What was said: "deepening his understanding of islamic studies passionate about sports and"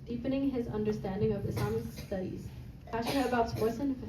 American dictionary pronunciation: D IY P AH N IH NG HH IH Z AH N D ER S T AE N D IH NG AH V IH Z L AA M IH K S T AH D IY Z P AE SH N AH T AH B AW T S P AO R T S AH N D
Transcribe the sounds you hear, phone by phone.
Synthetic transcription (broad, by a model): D IY P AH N IH NG HH IH Z AH N D ER S T AE N D IH NG AH V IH S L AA M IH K S T AH D IY Z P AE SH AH AH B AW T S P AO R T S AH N